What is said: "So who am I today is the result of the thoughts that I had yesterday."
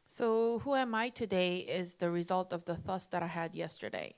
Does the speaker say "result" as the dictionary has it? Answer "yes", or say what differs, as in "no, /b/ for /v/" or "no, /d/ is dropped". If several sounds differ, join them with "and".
yes